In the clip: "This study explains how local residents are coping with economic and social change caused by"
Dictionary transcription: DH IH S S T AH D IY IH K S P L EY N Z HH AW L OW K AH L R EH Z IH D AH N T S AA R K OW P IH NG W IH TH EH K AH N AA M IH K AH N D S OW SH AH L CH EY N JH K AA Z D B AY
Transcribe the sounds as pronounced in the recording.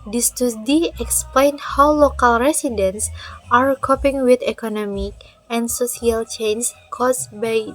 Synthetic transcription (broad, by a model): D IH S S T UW D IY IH K S P L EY N HH AW L OW K AH L R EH S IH D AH N S AA R K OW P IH NG W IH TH EH K AH N AA M IH K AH N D S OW S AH L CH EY N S K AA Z B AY